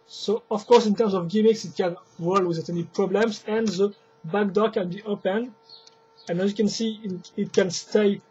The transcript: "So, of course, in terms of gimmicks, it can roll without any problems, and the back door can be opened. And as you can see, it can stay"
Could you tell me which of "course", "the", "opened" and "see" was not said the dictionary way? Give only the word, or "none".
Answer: opened